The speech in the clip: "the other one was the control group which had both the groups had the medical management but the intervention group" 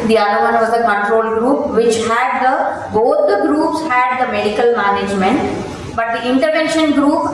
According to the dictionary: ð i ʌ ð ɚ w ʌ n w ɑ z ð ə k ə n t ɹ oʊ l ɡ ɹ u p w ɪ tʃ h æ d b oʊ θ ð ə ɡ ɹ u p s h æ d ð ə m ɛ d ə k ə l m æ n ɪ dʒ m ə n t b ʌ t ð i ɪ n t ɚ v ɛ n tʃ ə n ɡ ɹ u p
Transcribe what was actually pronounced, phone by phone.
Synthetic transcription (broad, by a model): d i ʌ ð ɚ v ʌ n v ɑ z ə k ə n t ɹ oʊ l ɡ ɹ u p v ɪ tʃ h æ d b oʊ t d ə ɡ ɹ u p s h æ d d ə m ɛ d ə k ə l m æ n ɪ dʒ m ə n t b ʌ t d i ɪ n t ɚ v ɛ n ʃ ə n ɡ ɹ u p